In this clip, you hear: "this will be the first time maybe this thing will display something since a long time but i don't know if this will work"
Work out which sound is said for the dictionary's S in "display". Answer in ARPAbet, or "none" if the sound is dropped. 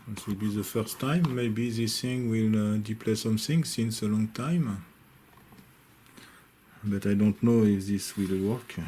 none